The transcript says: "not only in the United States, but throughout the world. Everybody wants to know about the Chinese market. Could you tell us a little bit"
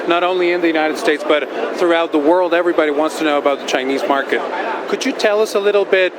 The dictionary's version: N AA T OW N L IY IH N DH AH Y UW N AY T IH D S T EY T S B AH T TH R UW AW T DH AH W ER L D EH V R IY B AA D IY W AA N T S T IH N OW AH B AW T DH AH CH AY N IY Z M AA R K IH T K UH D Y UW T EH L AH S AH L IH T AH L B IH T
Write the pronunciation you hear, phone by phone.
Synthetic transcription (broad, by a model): N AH T OW N L IY IH N DH AH Y UW N AY T IH D S T EY T S B AH T TH R UW AW T DH AH W ER L D EH V R IY B AA D IY W AA N T S T IH N OW AH B AW T DH AH CH AY N IY Z M AA R K IH T K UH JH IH T EH L AH S AH L IH T L B IH T